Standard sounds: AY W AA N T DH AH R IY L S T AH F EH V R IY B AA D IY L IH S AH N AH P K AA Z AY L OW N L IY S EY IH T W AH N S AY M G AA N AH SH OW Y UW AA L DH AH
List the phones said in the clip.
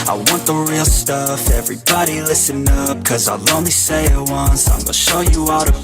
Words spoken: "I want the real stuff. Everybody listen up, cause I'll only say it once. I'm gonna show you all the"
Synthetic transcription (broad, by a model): AY W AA N DH AH R IY L S T AH F EH V R IY B AA D IY L IH S AH N AH P K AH Z AY L OW N L IY S EY IH T W AH N S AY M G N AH SH OW Y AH AA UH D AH